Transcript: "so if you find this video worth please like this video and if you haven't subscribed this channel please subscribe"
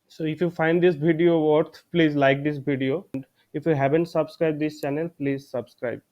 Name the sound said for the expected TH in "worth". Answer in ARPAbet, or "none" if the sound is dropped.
T